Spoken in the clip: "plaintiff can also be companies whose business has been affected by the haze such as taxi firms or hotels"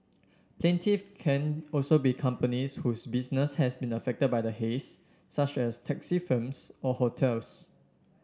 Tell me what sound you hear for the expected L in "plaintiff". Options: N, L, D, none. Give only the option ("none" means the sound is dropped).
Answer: L